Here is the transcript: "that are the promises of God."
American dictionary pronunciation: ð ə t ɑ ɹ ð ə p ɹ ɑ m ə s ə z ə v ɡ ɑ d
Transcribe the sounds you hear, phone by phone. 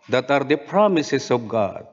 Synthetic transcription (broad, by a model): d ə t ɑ ɹ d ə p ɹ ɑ m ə s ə s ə b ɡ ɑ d